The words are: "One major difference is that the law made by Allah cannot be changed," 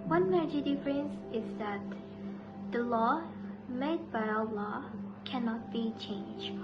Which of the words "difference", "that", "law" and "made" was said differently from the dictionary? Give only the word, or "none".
none